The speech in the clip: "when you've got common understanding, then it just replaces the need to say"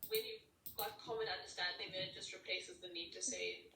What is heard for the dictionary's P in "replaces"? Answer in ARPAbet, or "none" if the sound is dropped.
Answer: P